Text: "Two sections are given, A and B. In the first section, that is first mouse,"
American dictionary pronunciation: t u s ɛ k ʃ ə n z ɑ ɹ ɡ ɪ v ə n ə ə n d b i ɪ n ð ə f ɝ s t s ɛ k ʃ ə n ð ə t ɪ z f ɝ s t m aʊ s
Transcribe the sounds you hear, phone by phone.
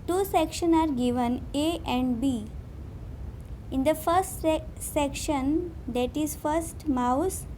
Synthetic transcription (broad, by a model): t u s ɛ k ʃ ə n ɑ ɹ ɡ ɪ v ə n ə ə n d b i ɪ n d ə f ɝ s t s ɛ k ʃ ə n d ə t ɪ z f ɝ s t m aʊ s